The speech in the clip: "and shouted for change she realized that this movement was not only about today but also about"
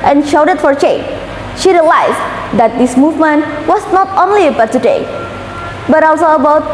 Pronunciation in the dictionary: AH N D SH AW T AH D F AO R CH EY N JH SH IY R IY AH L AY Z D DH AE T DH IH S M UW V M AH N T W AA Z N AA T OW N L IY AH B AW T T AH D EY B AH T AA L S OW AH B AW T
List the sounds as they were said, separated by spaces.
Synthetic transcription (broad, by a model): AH N SH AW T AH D F AO R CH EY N SH IY R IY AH L AY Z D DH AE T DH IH S M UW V M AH N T W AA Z N AA T OW N L IY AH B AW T T AH D EY B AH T AA L S OW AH B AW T